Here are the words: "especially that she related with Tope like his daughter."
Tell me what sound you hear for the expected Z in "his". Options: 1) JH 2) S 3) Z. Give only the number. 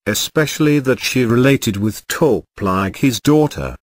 3